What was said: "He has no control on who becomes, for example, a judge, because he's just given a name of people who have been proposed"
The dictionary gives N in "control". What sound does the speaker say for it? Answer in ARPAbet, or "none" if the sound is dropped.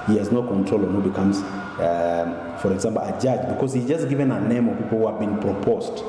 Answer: N